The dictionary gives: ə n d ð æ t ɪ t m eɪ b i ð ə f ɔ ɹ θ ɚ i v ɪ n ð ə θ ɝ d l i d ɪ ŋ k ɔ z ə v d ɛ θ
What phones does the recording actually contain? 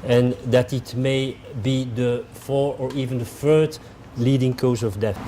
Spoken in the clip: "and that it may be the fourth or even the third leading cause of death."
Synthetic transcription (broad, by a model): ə n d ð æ t ɪ t m eɪ b i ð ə f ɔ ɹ ɚ i v ɪ n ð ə f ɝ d l i d ɪ ŋ k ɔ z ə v d ɛ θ